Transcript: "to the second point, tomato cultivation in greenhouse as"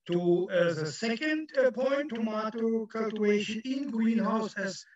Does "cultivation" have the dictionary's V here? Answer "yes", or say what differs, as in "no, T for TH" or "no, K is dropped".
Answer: no, V is dropped